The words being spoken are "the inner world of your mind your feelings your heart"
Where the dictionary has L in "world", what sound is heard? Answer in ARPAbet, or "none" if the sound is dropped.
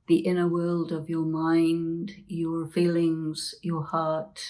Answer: L